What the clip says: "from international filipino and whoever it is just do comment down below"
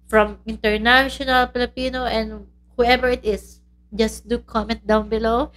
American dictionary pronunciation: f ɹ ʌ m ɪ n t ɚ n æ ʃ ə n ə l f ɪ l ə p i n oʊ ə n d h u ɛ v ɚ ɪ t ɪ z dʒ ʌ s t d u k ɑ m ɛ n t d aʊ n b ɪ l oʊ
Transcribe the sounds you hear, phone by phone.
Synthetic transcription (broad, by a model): f ɹ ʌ m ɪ n t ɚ n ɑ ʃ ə n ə l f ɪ l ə p i n oʊ ə n d h u ɛ v ɚ ɪ t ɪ s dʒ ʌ s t d u k ɑ m ɛ n t d aʊ n b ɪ l oʊ